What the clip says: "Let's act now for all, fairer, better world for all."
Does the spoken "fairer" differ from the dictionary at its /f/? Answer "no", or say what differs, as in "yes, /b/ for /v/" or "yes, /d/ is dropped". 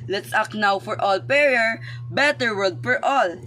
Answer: yes, /p/ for /f/